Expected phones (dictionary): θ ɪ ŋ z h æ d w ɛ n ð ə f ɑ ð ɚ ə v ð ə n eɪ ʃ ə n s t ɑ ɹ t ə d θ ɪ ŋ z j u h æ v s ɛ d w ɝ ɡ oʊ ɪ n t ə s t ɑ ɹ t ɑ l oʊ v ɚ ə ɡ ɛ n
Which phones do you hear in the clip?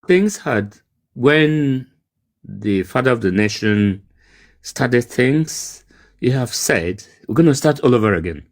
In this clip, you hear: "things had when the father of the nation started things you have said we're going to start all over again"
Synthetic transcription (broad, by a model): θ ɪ ŋ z h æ d w ɛ n ð ə f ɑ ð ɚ ə v ð ə n eɪ ʃ ə n s t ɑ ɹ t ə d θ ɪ ŋ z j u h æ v s ɛ d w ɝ ɡ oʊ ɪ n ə s t ɑ ɹ t ɑ l oʊ v ɚ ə ɡ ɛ n